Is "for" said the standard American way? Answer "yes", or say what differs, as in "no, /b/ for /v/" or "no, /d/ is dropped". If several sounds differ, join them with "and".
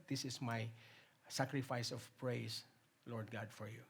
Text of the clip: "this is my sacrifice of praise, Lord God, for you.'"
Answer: yes